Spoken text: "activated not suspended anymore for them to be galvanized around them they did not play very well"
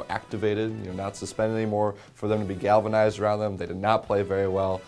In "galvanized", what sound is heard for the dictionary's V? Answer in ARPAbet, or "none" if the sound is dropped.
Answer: V